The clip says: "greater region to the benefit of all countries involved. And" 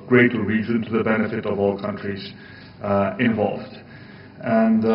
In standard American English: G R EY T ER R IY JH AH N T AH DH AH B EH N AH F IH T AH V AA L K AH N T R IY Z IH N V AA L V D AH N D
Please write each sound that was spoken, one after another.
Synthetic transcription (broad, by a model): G R EY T R IY Z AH N T AH DH AH B EH N AH F IH T AH V AA L K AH N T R IY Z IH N V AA L V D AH N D